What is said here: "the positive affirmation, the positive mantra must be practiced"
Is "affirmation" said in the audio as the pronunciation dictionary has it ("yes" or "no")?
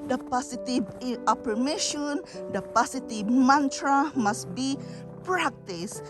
no